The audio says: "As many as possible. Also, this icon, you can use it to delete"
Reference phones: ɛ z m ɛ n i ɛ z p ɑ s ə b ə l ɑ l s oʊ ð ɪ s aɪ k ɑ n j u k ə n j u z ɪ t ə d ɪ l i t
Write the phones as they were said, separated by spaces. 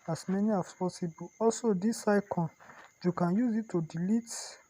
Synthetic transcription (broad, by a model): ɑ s m ɛ n i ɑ s p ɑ s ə b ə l ɑ l s oʊ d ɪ s aɪ k ɑ n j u k ə n j u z ɪ t ə d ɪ l i t